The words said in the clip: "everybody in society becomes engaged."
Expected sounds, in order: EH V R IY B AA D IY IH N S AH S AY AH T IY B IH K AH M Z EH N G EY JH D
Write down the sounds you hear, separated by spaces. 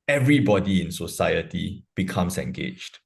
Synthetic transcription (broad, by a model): EH V R IY B AA D IY IH N S AH S AY AH T IY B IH K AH M S EH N G EY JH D